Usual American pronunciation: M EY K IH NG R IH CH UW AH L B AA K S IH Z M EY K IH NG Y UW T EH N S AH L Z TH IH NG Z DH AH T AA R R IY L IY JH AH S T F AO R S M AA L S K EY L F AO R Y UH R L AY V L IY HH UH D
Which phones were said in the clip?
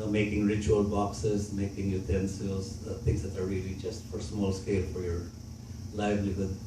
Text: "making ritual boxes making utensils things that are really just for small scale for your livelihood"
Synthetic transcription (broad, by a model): M EY K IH NG R IH CH UW AH L B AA K S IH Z M EY K IH NG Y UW T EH N S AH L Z T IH NG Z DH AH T AA R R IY L IY JH AH S T F AO R S M AA L S K EY L F AO R Y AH R L AY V L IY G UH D